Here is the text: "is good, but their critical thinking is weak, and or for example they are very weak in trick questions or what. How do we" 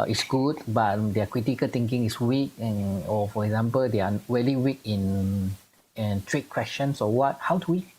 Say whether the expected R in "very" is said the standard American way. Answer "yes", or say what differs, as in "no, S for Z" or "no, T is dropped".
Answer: no, L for R